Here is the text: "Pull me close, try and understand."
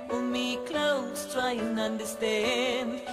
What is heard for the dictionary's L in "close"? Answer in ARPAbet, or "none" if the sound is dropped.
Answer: L